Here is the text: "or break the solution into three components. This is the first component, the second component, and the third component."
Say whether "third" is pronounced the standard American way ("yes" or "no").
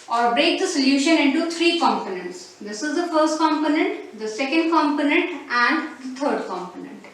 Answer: no